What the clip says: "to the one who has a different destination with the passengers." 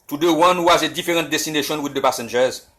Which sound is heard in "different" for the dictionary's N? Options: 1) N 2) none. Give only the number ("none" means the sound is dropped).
2